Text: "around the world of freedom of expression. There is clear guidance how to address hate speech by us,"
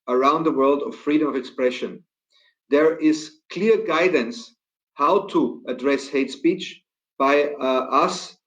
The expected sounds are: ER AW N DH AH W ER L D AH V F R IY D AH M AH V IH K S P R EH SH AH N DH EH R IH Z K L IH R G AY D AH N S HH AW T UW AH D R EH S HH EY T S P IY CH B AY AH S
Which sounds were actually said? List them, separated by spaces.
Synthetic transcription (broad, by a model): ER AW N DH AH W ER L D AH V F R IY D AH M AH V IH K S P R EH SH AH N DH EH R IH Z K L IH R G AY D AH N S HH AW T UW AH D R EH S HH EY T S P IY CH B AY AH S